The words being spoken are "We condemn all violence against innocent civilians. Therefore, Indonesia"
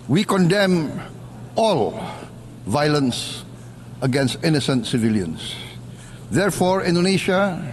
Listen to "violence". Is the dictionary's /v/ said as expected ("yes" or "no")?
yes